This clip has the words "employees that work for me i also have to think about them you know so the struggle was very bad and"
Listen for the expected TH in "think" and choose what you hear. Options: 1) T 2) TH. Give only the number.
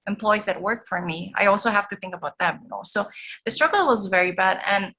2